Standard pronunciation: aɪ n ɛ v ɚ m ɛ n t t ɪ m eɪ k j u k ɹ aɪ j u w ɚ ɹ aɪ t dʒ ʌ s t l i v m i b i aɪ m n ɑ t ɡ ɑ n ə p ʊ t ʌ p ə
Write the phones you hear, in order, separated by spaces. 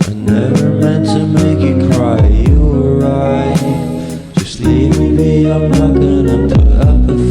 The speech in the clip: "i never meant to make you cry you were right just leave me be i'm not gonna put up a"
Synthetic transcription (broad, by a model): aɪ n ɛ v ɚ m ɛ n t t ɪ m eɪ k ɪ k ɹ aɪ j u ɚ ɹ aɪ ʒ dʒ ʌ s t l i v m i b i aɪ m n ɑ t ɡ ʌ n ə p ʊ ʌ p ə